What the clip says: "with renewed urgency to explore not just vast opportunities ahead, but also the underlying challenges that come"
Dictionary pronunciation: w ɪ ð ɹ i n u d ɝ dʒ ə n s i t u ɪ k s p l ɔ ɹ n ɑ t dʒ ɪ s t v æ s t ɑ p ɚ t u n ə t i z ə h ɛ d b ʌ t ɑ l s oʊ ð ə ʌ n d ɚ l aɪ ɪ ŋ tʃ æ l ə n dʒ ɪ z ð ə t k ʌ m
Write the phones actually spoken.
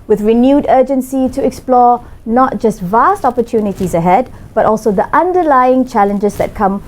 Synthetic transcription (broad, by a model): w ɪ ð ɹ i n u d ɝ dʒ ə n s i t u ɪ k s p l ɔ n ɑ t dʒ ɪ s t v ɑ s t ɑ p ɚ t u n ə t i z ə h ɛ d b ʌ t ɑ l s oʊ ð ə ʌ n d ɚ l aɪ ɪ ŋ tʃ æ l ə n dʒ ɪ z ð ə t k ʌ m